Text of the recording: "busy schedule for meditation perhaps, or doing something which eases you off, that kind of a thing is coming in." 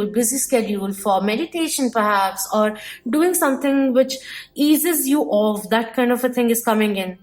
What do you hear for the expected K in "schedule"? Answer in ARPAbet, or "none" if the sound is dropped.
K